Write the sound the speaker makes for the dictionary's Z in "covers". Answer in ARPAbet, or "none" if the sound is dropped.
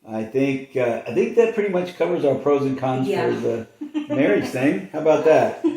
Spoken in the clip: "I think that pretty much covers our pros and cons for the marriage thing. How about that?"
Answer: Z